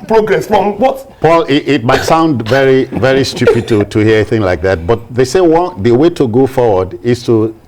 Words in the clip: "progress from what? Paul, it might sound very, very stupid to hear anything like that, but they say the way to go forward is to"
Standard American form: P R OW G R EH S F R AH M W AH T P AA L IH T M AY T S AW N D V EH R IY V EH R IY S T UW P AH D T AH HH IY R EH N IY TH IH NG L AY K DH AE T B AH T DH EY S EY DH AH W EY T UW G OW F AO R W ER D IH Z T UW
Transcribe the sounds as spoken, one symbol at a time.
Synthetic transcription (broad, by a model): P R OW G R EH S F R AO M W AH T P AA L IH T M AY T S AW N D V EH R IY V EH R IY S T UW P AH D T AH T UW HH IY IY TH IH NG L AY K DH AE T B AH T DH EY S EY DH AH W EY T UW G OW F AO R W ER D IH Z T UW